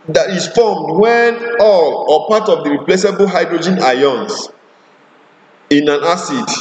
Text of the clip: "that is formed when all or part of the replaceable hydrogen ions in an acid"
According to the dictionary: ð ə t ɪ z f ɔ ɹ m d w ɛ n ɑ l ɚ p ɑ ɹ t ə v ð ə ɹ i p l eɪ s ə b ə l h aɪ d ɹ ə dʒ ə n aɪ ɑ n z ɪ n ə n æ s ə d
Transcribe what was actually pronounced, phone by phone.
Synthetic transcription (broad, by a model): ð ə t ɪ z f ɔ m d w ɛ n ɑ l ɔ p ɑ t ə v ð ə ɹ i p l eɪ s ə b ə l h aɪ d ɹ ə dʒ ə n aɪ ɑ n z ɪ n ə n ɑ s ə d